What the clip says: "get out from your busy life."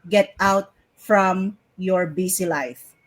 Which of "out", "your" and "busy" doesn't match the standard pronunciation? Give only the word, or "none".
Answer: busy